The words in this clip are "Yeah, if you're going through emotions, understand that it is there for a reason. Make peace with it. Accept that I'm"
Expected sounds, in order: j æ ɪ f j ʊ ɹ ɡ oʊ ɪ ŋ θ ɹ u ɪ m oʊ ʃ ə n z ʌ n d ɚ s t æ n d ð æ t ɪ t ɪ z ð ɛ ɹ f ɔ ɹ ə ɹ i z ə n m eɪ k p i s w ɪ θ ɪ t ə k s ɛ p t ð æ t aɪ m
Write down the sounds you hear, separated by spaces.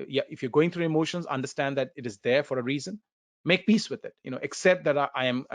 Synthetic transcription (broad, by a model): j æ ɪ f j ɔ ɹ ɡ oʊ ɪ ŋ t ɹ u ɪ m oʊ ʃ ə n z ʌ n d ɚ s t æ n d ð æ t ɪ t ɪ z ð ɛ ɹ f ɔ ɹ ə ɹ i z ə n m eɪ k p i s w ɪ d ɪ t ə k s ɛ p t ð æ t aɪ m